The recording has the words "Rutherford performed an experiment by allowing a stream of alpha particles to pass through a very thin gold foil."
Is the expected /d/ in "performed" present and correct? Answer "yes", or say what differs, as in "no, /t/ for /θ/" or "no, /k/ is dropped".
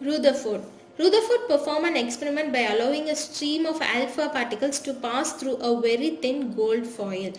no, /d/ is dropped